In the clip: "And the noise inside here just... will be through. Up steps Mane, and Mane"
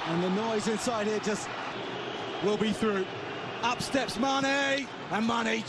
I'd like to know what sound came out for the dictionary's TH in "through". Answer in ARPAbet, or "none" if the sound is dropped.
TH